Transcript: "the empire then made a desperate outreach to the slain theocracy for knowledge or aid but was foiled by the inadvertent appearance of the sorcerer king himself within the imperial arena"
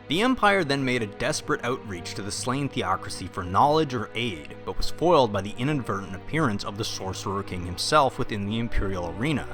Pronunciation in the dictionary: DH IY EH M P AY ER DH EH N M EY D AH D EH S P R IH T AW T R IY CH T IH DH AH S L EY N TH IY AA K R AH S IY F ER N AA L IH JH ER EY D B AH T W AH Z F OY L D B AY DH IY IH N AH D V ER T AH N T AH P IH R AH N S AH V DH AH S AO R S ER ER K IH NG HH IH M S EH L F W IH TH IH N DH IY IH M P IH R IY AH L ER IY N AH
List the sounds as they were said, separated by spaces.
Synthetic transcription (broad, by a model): DH IY EH M P AY ER DH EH N M EY D AH D EH S P R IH T AW T R IY CH T IH DH AH S L EY N TH IY AA K R AH S IY F ER N AA L IH JH ER EY D B AH T W AH Z F OY L D B AY DH IY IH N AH D V ER T N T AH P IH R AH N S AH V DH AH S AO R S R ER K IH NG HH IH M S EH L F W IH TH IH N DH IY IH M P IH R IY L ER IY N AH